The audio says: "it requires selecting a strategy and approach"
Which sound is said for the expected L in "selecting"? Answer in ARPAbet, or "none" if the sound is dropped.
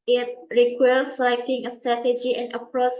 none